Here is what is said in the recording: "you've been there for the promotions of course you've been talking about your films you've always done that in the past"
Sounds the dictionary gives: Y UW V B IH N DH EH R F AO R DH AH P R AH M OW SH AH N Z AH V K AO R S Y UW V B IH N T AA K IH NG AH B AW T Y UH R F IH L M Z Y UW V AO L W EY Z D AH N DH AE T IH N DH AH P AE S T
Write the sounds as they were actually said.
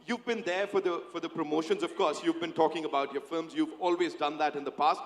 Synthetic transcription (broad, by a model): Y UW V B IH N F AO R F AO R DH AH P R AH M OW SH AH N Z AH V K AO R S Y UW V B IH N T AA K IH NG AH B AW T Y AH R F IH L M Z Y UW V AO L W EY Z D AH N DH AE T IH N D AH P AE S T